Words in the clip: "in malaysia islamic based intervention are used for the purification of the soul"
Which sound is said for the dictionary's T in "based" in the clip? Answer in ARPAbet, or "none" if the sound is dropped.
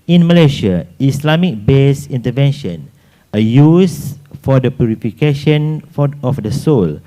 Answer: none